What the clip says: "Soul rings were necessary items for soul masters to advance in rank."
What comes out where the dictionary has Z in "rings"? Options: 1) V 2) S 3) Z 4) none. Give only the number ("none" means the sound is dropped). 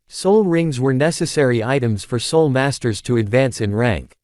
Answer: 3